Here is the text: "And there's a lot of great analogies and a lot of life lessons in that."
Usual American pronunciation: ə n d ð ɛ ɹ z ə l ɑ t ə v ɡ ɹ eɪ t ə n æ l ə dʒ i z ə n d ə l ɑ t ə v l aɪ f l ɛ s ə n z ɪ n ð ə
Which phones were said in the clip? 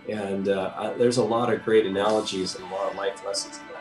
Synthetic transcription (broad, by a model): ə n ð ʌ ɹ z ə l ɑ t ə v ɡ ɹ eɪ t ə n æ l ə dʒ i z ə n ə l ɑ t ə v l aɪ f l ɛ s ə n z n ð